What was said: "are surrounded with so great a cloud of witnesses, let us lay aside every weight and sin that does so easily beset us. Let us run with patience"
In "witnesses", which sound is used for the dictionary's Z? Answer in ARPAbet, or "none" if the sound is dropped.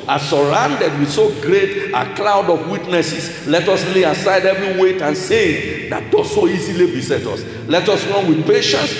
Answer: S